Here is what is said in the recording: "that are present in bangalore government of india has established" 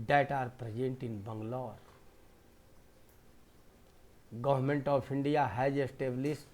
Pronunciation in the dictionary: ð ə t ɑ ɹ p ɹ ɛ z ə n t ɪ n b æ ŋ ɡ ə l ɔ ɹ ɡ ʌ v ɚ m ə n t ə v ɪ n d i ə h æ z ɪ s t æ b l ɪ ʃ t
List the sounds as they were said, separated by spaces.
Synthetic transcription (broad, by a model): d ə t ɑ ɹ p ɹ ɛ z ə n t ɪ n b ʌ ŋ ɡ l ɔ ɹ ɡ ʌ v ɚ m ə n t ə p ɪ n d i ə h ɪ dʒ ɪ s t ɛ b l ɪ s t